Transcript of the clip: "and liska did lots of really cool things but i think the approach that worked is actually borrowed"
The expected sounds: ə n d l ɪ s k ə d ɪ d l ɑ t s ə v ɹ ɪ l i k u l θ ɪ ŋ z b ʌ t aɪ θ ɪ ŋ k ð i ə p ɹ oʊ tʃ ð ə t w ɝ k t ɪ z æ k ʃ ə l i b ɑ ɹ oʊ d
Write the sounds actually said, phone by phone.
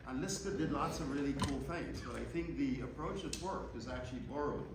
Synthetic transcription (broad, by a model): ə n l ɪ s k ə d ɪ d l ɑ t s ə v ɹ ɪ l i k u l θ ɪ ŋ z b ʌ t aɪ θ ɪ ŋ k ð i ə p ɹ oʊ tʃ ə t w ɝ k ɪ z æ k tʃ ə l i b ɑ ɹ oʊ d